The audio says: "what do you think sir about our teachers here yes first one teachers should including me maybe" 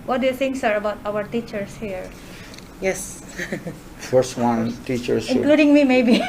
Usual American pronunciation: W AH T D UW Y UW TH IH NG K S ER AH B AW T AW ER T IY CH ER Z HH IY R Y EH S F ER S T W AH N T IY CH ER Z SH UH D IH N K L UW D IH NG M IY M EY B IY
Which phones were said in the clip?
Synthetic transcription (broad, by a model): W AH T D UW Y UW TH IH NG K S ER AH B AW T AW ER T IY CH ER S HH IY R Y EH S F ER S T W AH N T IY CH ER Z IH K L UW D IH NG M IY M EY B IY